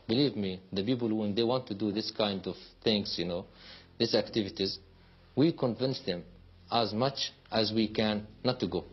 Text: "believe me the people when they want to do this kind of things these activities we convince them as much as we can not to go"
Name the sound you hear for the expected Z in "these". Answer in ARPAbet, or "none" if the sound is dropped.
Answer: S